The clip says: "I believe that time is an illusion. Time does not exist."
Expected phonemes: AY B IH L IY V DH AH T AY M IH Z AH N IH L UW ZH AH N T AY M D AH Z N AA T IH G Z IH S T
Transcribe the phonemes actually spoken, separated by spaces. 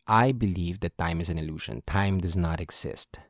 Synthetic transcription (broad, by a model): AY B IH L IY V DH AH T AY M IH Z AH N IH L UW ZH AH N T AY M D AH Z N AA T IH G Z IH S T